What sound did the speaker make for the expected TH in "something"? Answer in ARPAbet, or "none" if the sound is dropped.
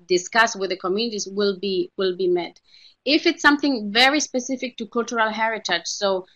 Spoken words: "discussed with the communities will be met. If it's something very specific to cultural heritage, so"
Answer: TH